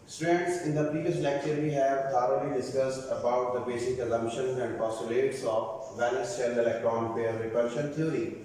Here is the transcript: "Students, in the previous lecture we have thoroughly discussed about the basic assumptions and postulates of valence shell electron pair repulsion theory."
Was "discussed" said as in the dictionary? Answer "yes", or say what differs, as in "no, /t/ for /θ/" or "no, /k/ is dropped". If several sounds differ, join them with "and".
yes